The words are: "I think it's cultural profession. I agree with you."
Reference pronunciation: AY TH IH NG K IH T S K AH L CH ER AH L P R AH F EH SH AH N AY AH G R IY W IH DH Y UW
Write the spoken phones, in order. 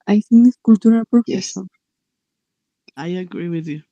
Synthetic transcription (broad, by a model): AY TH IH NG IH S K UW L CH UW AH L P AH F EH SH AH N AY AH G R IY W IH DH Y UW